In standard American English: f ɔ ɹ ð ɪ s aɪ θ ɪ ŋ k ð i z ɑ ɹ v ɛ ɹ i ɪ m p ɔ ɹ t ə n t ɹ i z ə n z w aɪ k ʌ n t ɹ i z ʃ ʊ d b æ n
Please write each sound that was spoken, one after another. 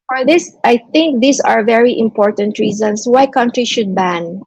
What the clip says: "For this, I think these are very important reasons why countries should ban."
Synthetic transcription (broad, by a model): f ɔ ɹ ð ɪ s aɪ θ ɪ ŋ k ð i s ɑ ɹ v ɛ ɹ i ɪ m p ɔ ɹ t ə n t ɹ i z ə n s w aɪ k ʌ n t ɹ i ʃ ʊ d b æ n